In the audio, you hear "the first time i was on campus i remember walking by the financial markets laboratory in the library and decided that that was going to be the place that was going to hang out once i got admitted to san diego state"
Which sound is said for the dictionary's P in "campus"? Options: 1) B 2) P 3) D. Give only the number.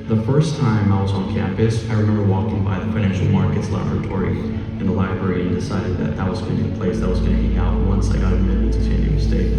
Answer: 2